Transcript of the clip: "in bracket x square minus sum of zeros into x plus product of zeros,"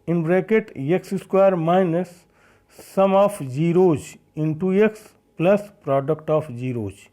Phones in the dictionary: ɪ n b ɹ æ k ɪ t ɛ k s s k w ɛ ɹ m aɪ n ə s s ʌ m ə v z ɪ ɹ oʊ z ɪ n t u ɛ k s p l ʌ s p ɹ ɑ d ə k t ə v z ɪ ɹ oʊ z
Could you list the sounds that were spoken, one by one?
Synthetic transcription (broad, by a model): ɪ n b ɹ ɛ k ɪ t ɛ k s s k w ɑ ɹ m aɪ n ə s s ʌ m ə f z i ɹ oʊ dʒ ɪ n t u ɛ k s p l ʌ s p ɹ ɑ d ə k t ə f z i ɹ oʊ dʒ